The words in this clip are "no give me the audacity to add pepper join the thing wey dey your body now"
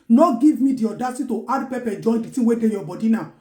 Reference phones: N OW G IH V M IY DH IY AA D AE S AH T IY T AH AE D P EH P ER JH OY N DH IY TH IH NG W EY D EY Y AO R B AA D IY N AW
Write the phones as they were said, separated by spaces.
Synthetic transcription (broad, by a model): N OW G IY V M IY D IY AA D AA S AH T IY T AH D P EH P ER JH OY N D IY T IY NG W EY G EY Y AO B AA D IY N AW